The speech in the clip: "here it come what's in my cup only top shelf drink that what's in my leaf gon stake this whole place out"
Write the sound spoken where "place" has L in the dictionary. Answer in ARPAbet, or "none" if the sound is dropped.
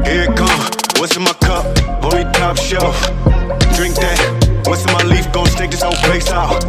none